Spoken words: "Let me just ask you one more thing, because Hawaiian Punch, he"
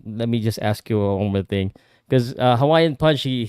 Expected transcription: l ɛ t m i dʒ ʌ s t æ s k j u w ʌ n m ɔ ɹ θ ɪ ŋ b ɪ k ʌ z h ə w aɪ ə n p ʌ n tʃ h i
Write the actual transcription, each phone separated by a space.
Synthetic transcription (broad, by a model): l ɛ t m i dʒ ʌ s t æ s k j u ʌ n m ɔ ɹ θ ɪ ŋ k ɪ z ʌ h ə w aɪ ə n p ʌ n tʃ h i